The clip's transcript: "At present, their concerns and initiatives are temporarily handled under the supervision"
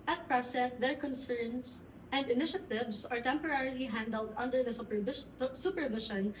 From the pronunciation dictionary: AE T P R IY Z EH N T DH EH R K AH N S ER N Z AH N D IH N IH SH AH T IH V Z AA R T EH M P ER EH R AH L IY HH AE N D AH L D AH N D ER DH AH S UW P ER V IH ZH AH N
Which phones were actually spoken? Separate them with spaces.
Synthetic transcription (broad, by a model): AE T P R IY S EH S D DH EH R K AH N S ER N S AH N D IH N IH SH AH T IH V S AA R T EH M P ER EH R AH L IY HH AE N D AH L D AH N D ER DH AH S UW P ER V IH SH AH N